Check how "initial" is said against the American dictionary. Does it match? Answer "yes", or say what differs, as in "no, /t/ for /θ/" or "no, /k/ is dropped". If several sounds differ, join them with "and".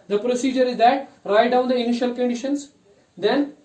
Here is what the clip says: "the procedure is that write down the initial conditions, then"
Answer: yes